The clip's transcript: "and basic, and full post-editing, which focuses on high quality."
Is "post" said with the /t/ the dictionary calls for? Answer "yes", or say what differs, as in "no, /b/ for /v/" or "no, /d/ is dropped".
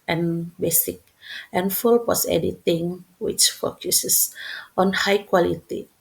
no, /t/ is dropped